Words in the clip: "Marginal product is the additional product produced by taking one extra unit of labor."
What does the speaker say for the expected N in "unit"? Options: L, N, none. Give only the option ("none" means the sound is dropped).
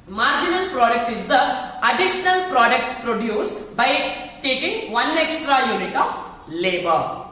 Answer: N